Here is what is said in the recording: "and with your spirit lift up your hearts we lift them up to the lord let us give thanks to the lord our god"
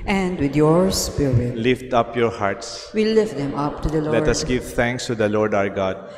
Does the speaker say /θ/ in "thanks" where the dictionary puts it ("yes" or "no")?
no